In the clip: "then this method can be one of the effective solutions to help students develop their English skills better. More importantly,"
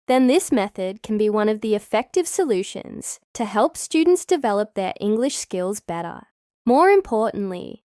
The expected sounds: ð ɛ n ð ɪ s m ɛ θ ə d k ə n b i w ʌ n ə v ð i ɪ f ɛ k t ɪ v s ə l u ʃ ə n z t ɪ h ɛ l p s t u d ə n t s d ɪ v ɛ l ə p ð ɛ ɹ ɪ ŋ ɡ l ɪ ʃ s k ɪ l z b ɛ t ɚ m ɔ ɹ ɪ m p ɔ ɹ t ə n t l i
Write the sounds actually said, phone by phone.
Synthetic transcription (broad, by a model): ð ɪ n ð ɪ s m ɛ θ ə d k n b i w ʌ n ə v ð i ɪ f ɛ k t ɪ v s ə l u ʃ ə n z t ɪ h ɛ l p s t u d n t s d ɪ v ɛ l ə p ð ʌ ɹ ɪ ŋ ɡ l ɪ ʃ s k ɪ l z b ɛ t ɚ m ɔ ɹ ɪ m p ɔ ɹ t n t l i